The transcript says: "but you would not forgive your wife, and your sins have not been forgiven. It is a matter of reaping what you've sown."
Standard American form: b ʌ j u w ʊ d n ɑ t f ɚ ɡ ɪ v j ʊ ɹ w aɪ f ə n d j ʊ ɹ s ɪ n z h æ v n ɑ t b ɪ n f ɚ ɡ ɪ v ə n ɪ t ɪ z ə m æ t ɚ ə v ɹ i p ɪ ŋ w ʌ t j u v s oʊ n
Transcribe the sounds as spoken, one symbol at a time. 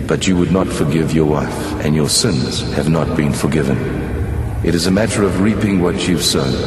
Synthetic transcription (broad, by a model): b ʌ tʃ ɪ w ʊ d n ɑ t f ɚ ɡ ɪ v j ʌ ɹ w aɪ f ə n j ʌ ɹ s ɪ n z h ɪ v n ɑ t b ɪ n f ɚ ɡ ɪ v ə n ɪ t ɪ z ə m æ t ɚ ə v ɹ i p ɪ ŋ w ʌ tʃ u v s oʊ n